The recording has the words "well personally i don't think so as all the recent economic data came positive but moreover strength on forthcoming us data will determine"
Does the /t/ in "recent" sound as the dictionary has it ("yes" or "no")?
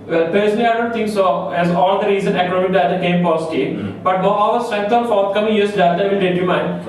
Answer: no